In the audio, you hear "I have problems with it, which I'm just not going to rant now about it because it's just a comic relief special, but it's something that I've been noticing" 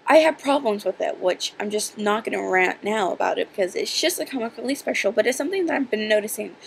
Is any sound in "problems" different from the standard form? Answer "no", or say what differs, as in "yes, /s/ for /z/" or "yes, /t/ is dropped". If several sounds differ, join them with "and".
no